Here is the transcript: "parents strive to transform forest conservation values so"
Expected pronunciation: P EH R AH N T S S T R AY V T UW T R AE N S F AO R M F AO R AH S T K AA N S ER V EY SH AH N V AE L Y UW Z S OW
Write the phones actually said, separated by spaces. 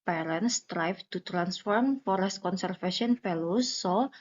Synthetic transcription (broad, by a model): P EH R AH N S S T R AY F T UW T R AE N S F AO R M F AO R AH S T K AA N S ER F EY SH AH N F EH L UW S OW